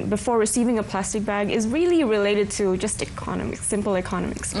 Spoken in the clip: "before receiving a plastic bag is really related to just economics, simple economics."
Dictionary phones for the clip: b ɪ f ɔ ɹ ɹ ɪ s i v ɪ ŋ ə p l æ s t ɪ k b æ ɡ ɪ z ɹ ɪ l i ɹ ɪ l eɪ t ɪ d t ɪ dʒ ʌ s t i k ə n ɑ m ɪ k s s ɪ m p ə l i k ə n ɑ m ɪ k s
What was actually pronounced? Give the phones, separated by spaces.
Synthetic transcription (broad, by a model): b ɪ f ɔ ɹ ɹ ɪ s i v ɪ ŋ ə p l æ s t ɪ k b æ ɡ ɪ z ɹ ɪ l i ɹ ɪ l eɪ t ɪ d t ɪ dʒ ʌ s t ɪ k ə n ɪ m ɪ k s s ɪ m p l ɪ k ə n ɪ m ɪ k s